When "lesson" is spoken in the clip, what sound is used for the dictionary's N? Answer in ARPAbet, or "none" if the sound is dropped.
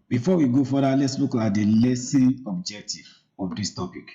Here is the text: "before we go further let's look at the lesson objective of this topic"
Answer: none